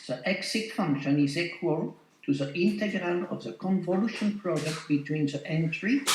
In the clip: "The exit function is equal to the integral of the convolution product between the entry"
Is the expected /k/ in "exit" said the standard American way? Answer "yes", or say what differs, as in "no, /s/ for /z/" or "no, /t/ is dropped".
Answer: yes